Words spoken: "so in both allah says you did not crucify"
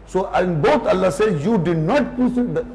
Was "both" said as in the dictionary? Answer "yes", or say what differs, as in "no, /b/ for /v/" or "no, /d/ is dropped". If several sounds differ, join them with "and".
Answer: no, /t/ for /θ/